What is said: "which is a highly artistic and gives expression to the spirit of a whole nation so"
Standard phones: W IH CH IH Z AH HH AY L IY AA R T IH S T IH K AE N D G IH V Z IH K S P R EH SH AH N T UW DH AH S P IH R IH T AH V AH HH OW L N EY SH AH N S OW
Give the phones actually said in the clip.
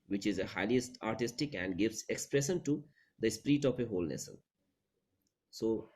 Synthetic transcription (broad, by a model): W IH CH IH Z AH HH AY L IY AA R T IH S T IH K AE N D G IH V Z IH K S P R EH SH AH N T UW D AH S P R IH T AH P AH HH OW L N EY S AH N S OW